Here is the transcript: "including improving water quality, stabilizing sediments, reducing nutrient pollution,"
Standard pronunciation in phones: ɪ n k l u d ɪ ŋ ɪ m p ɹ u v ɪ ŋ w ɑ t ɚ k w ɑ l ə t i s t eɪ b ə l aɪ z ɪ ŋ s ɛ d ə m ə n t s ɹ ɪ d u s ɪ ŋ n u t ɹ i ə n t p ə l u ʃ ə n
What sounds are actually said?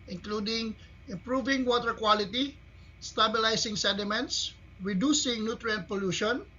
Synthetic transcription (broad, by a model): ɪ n k l u d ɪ ŋ ɪ m p ɹ u v ɪ ŋ w ɑ t ɚ k w ɑ l ə t i s t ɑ b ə l aɪ s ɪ ŋ s ɛ d ə m ə n t s ɹ ɪ d u s ɪ ŋ n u t ɹ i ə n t p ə l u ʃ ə n